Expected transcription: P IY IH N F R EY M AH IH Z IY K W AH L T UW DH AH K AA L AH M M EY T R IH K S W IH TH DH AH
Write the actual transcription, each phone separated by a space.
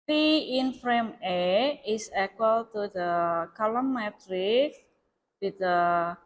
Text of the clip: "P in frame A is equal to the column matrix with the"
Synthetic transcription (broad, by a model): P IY IH N F R EY M AH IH S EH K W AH L T UW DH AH K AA L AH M M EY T R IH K W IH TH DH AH